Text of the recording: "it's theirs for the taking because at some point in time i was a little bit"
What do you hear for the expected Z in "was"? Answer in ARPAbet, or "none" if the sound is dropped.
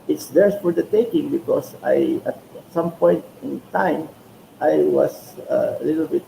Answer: S